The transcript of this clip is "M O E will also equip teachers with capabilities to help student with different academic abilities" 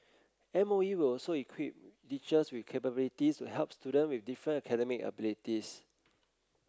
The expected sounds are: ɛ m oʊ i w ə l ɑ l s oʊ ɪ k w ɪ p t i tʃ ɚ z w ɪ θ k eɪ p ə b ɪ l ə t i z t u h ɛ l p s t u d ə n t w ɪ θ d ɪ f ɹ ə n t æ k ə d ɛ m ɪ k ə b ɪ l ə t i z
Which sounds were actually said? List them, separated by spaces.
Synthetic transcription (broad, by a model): ɛ m oʊ i w ə l ɑ l s oʊ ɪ k w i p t i tʃ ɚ s w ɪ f k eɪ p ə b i l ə t i s t u h ɛ l p s t u d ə n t w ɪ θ d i f ɹ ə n ʌ k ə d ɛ m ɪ k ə b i l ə t i s